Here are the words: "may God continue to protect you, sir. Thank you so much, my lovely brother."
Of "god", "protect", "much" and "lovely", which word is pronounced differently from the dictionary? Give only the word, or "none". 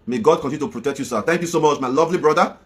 none